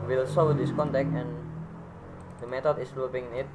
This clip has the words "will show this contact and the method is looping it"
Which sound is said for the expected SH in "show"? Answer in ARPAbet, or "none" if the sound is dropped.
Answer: S